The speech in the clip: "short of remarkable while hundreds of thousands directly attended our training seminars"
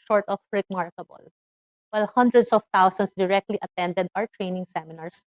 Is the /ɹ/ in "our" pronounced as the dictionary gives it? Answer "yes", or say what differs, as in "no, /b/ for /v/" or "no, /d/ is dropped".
yes